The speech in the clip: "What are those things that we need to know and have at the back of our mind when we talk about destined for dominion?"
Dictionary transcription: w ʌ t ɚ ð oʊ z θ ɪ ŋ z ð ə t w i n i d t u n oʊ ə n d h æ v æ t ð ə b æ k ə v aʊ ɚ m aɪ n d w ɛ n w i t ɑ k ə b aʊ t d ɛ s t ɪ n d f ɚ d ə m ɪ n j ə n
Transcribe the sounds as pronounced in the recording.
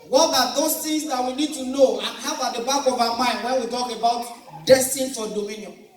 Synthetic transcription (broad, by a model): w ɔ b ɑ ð oʊ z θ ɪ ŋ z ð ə t w i n i d t u n oʊ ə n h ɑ b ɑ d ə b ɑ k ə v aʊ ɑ m aɪ n d w ɛ n w i t ɑ k ə b aʊ t d ɛ s t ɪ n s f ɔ d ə m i n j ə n